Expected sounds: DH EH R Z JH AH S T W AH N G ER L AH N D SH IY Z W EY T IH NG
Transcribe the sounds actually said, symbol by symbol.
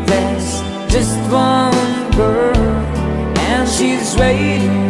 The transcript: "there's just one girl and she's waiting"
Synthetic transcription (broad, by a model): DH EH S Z JH AH S T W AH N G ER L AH N SH IY Z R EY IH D